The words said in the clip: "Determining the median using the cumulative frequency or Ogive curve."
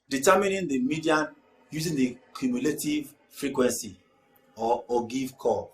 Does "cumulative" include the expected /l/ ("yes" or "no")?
yes